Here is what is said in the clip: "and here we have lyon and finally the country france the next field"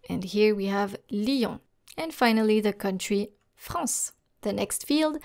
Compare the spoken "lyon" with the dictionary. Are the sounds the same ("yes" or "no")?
no